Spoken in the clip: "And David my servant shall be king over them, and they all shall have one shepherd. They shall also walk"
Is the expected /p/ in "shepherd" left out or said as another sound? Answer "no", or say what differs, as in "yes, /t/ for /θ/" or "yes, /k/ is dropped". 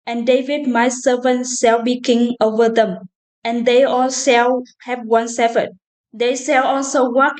yes, /f/ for /p/